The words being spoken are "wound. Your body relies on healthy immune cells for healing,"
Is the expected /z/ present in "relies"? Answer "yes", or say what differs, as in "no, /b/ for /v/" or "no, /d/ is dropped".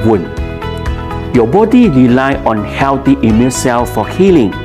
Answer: no, /z/ is dropped